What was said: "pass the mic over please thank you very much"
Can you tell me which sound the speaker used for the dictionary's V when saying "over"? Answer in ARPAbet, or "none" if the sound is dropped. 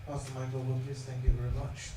B